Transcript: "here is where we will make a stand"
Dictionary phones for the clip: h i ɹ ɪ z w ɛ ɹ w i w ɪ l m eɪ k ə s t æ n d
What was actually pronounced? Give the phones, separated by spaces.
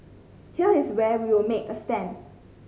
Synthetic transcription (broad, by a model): h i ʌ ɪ s w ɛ w i w ɪ l m eɪ k ə s t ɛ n